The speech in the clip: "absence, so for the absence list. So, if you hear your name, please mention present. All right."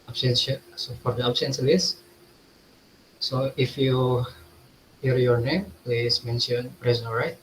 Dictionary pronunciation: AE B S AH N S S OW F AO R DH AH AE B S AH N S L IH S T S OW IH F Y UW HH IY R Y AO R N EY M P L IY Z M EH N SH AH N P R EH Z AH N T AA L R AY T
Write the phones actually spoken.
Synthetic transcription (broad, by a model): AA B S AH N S S OW F AO R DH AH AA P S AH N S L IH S S OW IH F Y UW HH IY R Y AO R N EY M P L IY S M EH N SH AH N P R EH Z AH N AA L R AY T